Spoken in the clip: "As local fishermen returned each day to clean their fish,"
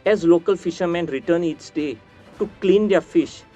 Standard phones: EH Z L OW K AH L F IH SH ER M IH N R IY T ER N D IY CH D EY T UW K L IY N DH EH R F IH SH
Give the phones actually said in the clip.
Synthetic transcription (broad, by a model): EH Z L OW K AH L F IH SH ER M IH N R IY T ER N IY S D EY T UW K L IY N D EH R F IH SH